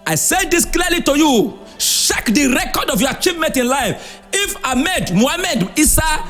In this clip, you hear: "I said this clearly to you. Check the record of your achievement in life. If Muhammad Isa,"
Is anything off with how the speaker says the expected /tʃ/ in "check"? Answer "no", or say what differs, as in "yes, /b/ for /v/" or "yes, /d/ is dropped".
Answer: yes, /ʃ/ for /tʃ/